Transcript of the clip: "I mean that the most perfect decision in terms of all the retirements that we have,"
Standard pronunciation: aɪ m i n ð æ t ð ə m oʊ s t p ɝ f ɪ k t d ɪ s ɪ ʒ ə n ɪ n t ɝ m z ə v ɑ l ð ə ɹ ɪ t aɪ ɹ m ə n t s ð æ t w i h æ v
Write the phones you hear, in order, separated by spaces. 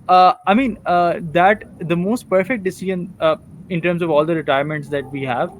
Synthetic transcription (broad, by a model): aɪ m i n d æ t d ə m oʊ s t p ɝ f ɪ k t d ɪ s ɪ ʒ ə n ɪ n t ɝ m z ə v ɑ l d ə ɹ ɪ t aɪ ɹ m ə n t s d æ t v i h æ v